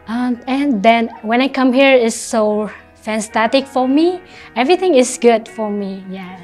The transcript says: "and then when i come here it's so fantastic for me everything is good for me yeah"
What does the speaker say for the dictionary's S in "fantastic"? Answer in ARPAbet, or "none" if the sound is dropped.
none